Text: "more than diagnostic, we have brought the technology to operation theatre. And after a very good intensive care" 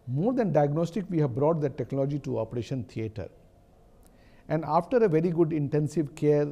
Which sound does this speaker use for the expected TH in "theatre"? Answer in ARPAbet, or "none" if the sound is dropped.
T